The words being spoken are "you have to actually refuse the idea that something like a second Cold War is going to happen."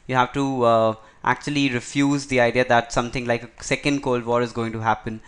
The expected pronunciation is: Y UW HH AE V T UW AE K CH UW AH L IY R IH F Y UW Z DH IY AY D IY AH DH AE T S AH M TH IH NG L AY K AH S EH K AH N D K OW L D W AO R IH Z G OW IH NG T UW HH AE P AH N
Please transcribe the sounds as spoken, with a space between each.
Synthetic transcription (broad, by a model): Y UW HH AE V T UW AE K CH UW AH L IY R IH F Y UW Z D IY AY D IY AH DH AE T S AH M T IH NG L AY K AH S EH K AH N D K OW L D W AO R IH Z G OW IH NG T UW HH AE P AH N